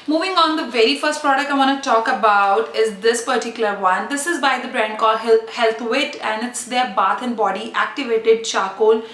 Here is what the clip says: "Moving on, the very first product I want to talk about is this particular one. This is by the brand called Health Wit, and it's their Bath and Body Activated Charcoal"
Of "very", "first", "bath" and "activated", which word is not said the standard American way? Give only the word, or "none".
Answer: bath